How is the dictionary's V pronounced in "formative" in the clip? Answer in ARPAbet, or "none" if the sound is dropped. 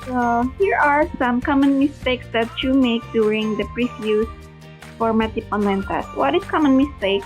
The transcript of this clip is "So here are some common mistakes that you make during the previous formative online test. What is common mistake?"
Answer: P